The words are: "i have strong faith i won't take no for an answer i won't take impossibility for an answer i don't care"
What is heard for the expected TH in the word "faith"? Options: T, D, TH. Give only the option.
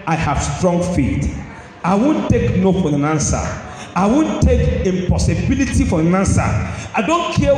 T